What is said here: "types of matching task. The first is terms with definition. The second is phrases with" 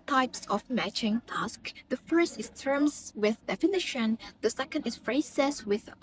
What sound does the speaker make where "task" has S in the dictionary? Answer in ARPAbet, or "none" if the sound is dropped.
S